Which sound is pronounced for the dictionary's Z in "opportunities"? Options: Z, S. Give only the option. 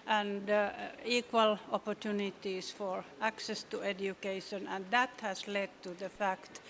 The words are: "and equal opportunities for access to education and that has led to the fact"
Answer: S